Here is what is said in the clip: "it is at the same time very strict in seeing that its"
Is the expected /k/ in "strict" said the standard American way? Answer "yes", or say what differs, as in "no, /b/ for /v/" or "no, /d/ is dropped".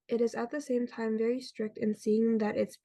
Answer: yes